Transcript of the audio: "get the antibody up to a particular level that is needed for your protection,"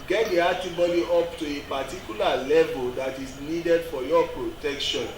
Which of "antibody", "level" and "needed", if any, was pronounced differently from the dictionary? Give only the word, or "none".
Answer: antibody